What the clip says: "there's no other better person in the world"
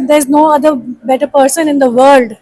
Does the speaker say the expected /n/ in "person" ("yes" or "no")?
yes